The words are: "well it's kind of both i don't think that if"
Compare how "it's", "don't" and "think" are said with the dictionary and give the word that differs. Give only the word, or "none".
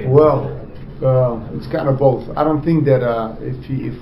none